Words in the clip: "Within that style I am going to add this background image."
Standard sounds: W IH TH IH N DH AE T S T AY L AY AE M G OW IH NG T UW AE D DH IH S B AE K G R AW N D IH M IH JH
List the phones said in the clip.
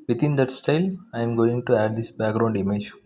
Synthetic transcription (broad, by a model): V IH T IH N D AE T S T AY L AY M G OW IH NG T UW AE D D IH S B AE K G R AW N D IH M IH JH